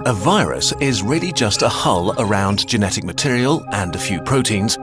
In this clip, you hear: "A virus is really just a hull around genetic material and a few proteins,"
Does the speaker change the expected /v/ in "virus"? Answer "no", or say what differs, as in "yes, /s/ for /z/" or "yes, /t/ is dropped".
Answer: no